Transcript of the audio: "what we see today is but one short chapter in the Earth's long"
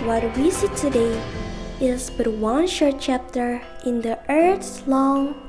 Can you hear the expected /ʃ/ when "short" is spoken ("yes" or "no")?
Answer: yes